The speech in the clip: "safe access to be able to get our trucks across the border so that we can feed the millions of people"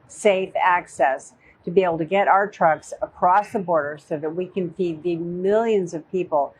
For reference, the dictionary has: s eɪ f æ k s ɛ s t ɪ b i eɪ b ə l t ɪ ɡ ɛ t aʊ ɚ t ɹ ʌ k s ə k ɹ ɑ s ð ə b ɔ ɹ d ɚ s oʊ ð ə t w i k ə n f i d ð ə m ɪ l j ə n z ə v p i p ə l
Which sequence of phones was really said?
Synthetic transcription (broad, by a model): s eɪ f æ k s ɛ s t ɪ b i eɪ b l t ɪ ɡ ɛ t aʊ ɚ t ɹ ʌ k s ə k ɹ ɑ s ð ə b ɔ ɹ d ɚ s oʊ ð ə t w i k ə n f i d ð ə m ɪ l j ə n z ə v p i p l